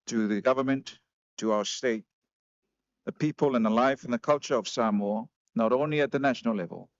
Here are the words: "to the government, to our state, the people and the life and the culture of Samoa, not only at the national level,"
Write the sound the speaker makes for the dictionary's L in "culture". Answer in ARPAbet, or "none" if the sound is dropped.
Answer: L